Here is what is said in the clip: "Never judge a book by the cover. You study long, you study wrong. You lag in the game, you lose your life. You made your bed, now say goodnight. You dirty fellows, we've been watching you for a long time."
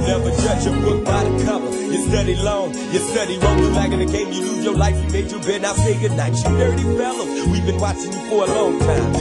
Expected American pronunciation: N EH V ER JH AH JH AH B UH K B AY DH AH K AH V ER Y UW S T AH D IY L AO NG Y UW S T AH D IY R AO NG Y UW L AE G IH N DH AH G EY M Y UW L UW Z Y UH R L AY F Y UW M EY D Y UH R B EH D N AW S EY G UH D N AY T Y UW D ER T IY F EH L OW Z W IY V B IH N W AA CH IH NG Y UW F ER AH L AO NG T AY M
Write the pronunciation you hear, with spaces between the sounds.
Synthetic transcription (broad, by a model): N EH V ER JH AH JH AH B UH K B AY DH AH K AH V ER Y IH S T AH D IY L AO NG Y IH S T AH D IY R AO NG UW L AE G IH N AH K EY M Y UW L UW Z Y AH R L AY F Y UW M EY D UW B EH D N AW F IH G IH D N AY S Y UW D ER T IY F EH L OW W IY V B IH N W AA CH IH NG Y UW F ER AH L AO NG T AY M